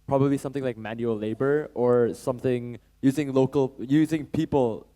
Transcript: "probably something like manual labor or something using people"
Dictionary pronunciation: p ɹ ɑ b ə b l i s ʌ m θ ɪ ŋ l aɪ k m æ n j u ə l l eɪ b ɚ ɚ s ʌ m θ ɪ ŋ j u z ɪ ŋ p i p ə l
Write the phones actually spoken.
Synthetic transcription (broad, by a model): p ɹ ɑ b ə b l i s ʌ m θ ɪ ŋ l aɪ k m æ n j u ə l l eɪ b ɚ ɚ s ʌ m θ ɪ ŋ j u z ɪ ŋ p i p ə l